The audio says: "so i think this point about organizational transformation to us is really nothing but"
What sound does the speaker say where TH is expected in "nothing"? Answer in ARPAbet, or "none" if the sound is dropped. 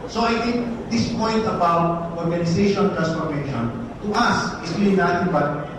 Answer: T